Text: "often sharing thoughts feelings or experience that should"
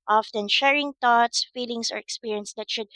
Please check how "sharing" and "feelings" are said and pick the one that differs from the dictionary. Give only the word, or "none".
feelings